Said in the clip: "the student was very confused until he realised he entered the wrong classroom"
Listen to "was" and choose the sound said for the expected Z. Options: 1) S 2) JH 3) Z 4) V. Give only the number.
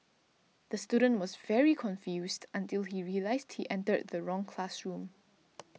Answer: 3